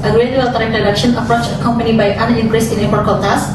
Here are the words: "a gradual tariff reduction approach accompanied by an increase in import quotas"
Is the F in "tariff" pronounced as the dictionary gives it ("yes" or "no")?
no